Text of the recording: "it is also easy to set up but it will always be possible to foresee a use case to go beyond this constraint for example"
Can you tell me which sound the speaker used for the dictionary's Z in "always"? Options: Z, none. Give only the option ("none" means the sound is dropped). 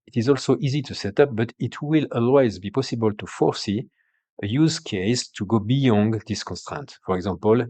Z